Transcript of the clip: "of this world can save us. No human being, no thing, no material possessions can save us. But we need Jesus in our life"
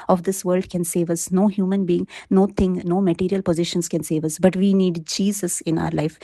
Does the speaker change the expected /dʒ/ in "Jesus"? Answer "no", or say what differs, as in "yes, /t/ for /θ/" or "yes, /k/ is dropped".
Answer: no